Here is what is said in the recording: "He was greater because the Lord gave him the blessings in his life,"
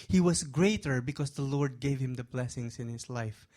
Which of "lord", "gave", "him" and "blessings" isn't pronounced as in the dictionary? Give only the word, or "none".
blessings